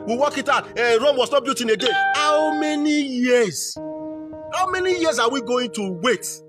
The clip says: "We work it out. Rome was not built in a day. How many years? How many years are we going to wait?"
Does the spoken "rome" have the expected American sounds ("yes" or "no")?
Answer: yes